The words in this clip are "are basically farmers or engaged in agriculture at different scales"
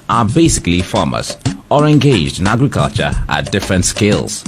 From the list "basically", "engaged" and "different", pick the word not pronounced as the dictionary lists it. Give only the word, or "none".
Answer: none